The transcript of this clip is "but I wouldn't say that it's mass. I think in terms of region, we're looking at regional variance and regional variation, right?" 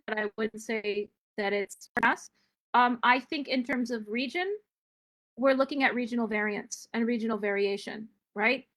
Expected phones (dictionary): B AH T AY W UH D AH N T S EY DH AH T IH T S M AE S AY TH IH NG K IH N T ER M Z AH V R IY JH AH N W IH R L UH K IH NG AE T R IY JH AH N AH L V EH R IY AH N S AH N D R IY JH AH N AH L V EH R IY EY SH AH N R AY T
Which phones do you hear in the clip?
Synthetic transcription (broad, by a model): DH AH T AY W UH D N T S EY DH AH T IH T S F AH S AY TH IH NG K IH N T ER M Z AH V R IY JH AH N W IH R L UH K IH NG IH T R IY JH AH N L V EH R IY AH N S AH N R IY JH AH N L V EH R IY EY SH AH N R AY T